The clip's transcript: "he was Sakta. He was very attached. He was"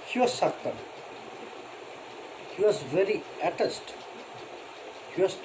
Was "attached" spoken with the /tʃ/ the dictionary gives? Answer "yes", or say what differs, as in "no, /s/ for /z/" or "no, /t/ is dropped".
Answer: no, /s/ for /tʃ/